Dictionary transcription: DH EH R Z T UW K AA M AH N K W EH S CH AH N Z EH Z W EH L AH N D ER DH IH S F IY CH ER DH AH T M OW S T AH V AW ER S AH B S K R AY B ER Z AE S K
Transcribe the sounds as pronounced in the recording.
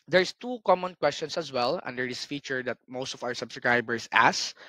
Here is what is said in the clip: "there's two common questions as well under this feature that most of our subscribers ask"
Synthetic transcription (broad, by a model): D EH R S T UW K AA M AH N K W EH S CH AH N S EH S W EH L AH N D ER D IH S F IY CH ER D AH T M OW S T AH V AW ER S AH B S K R AY B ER S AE S